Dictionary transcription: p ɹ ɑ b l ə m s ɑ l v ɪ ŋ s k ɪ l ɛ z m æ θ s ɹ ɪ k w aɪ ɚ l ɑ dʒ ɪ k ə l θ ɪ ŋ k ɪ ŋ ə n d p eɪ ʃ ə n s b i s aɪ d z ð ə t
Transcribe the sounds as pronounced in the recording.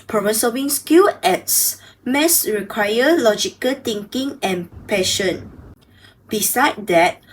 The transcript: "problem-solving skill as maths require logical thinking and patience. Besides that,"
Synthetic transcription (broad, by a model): p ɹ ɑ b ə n s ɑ v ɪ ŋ s k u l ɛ s m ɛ s ɹ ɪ k w aɪ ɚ l ɑ dʒ ɪ k ə l t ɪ ŋ k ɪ ŋ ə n p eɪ ʃ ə n b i s aɪ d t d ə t